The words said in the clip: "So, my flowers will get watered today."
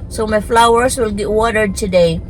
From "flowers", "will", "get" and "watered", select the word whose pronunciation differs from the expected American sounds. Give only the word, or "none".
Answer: flowers